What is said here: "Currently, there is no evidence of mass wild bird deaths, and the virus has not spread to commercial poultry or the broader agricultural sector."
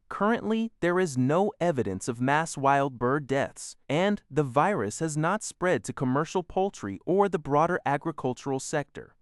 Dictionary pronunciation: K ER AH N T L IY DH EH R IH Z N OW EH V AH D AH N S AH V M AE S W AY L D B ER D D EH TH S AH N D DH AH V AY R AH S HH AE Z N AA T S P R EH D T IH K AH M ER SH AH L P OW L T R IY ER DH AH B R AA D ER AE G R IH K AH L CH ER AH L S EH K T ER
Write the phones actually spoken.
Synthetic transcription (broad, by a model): K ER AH N T L IY DH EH R IH Z N OW EH V AH D AH N S AH V M AE S W AY L D B ER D D EH TH S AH N DH AH V AY R AH S HH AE Z N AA T S P R EH D T IH K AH M ER SH L P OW L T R IY ER DH AH B R AA D ER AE G R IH K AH L CH ER L S EH K T ER